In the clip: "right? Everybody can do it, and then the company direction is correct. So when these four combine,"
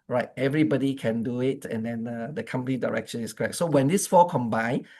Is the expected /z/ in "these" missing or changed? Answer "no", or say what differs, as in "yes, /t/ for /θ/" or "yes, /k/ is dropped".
yes, /s/ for /z/